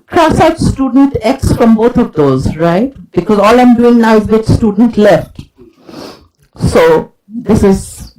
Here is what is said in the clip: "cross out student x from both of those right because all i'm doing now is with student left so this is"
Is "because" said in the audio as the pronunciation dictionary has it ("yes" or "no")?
yes